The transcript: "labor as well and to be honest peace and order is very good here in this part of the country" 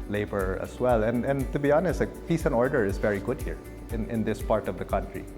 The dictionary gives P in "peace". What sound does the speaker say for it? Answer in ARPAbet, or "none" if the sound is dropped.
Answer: F